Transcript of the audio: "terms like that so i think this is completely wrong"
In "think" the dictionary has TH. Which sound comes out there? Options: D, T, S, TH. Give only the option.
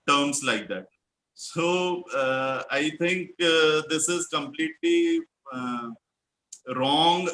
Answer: T